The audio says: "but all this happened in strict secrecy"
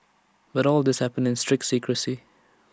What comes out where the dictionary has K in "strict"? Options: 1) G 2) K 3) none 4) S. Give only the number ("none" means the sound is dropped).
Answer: 2